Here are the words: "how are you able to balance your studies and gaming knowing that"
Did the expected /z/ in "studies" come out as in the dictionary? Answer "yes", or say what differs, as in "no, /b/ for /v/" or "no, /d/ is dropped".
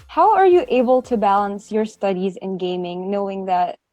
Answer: yes